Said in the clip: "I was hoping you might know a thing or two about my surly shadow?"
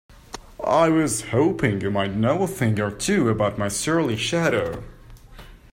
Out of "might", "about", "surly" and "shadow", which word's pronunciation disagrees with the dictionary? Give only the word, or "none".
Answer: none